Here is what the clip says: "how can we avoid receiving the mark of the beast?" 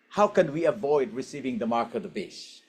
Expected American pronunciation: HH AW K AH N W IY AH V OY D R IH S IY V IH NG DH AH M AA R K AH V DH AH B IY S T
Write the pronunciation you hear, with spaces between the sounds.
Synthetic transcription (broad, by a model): HH AW K AH N W IY AH V OY D R IH S IY V IH NG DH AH M AA R K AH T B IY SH